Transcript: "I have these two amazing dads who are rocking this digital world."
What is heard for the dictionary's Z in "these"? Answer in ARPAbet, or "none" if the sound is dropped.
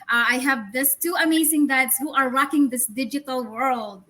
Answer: S